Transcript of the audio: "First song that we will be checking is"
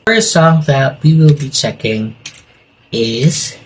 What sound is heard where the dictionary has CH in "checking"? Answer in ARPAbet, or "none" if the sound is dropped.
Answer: CH